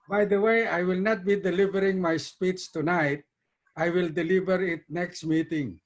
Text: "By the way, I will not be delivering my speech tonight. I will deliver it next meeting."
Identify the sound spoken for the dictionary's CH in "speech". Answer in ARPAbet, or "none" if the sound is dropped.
S